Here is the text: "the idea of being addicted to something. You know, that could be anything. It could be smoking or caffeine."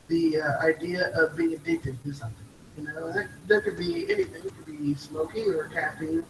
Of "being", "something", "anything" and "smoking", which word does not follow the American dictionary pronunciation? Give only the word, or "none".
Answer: none